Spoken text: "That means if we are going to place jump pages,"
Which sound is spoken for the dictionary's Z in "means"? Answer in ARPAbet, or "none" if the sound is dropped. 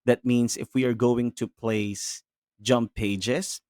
S